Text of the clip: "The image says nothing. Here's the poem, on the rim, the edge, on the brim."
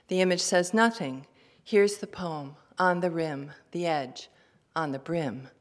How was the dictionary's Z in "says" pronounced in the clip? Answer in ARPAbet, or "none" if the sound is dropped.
Z